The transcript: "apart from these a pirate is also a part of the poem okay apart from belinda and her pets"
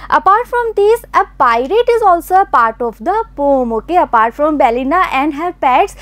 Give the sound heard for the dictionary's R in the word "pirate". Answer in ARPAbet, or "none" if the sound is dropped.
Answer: R